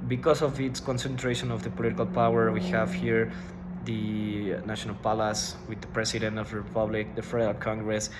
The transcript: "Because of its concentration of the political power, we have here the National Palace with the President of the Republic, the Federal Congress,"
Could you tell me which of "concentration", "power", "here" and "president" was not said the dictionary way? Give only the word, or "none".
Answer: president